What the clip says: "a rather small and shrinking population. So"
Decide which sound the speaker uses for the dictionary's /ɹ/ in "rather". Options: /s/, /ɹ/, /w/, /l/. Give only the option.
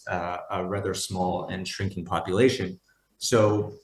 /ɹ/